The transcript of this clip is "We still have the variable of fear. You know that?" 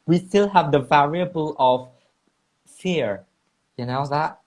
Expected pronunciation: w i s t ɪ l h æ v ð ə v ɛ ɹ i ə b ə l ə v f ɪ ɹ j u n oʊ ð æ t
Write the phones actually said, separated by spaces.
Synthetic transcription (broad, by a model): w i s t ɪ l h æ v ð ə v ɛ ɹ i ə b ə l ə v f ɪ ɹ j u n oʊ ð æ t